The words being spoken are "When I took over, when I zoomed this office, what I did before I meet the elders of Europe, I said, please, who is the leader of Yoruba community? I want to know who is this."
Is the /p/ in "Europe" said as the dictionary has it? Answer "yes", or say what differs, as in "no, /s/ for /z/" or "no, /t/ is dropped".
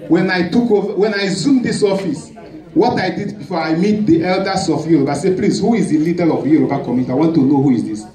no, /b/ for /p/